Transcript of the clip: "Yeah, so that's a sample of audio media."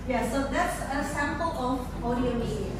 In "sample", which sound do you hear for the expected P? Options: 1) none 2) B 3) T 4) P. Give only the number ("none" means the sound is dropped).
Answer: 4